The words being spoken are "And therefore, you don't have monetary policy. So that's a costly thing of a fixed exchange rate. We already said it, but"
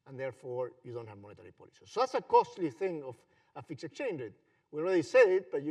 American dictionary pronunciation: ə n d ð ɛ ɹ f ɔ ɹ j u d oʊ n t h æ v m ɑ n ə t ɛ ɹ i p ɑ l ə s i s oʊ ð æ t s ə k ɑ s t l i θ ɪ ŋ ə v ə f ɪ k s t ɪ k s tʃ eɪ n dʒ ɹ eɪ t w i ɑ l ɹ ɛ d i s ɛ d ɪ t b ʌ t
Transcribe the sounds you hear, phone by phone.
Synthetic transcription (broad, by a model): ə n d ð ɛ ɹ f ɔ ɹ j u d oʊ n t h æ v m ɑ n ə t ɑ ɹ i p ɑ l ə s i s oʊ ð æ t s ə k ɑ s t l i θ ɪ ŋ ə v ə f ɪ k s ɪ k s tʃ eɪ n dʒ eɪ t w i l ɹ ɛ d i s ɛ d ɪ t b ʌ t